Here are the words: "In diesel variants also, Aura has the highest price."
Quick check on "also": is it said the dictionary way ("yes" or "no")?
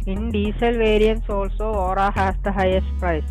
yes